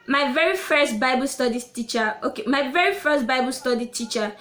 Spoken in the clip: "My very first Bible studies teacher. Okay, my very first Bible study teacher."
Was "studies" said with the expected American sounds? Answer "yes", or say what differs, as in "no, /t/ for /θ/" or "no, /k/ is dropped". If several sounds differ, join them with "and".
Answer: no, /z/ is dropped